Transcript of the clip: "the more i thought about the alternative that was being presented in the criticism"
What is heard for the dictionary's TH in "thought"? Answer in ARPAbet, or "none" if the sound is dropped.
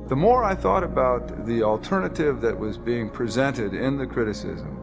TH